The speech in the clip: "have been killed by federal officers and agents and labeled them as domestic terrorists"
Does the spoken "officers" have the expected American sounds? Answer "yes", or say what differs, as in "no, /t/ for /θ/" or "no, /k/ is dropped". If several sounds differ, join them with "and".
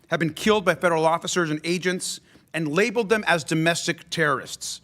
yes